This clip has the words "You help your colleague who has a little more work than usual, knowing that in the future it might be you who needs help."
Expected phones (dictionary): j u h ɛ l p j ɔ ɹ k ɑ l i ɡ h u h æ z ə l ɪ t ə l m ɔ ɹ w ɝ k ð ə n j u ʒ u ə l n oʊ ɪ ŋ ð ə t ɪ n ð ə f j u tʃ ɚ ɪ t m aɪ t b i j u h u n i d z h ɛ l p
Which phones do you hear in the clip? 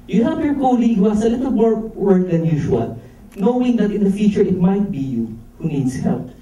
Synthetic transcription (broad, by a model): j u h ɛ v j ɔ ɹ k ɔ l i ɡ h u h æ s ə l ɪ t ə l m ɔ ɹ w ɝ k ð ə n j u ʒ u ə l n oʊ ɪ ŋ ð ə t ɪ n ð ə f j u tʃ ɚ ɪ t m aɪ t b i j u h u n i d s h ɛ l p